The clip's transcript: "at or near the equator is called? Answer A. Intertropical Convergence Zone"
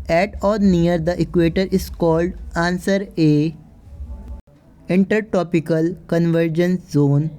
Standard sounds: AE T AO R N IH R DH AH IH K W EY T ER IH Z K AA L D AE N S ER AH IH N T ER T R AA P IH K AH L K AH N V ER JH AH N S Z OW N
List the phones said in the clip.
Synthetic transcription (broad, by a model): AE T AO R N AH R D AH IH K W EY T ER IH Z K AA L D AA N S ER AH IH N T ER T AA P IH K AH L K AH N V ER JH AH N S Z OW N